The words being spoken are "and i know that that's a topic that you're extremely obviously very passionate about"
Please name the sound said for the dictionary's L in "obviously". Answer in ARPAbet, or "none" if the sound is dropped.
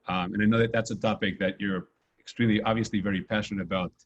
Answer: L